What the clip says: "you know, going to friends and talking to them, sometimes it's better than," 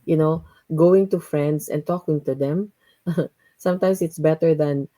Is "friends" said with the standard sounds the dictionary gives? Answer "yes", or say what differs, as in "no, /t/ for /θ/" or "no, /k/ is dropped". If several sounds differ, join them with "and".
no, /s/ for /z/